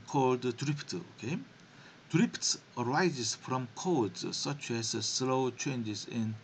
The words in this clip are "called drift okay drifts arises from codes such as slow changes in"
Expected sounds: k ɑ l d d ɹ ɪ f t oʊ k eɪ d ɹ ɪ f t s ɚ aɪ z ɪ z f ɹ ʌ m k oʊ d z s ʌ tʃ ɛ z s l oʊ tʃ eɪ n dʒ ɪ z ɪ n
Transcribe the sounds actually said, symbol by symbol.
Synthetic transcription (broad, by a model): k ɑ l d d ɹ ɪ p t oʊ k eɪ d ɹ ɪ p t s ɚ aɪ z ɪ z f ɹ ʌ m k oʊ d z s ʌ tʃ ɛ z s l oʊ tʃ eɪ n dʒ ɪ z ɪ n